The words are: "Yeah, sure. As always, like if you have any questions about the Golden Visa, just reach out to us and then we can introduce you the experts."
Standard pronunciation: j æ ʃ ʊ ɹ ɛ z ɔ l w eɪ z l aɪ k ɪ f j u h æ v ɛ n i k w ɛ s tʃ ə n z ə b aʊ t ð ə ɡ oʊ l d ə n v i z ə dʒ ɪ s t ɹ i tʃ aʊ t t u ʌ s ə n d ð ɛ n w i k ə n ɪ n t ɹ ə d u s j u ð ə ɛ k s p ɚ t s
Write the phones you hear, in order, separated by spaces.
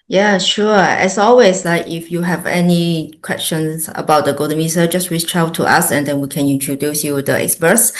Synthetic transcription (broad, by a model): j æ ʃ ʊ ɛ s ɔ l w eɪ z l aɪ k ɪ f j u h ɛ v ɛ n i k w ɛ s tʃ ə n s ə b aʊ t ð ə ɡ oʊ d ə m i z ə dʒ ɪ s t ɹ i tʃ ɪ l t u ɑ s ə n d ɛ n w i k ə n ɪ n t ɹ ə d u s j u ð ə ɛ k s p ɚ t s